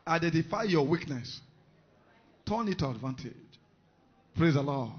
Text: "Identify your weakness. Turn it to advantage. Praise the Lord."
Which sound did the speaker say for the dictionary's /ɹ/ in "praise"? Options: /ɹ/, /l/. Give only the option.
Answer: /ɹ/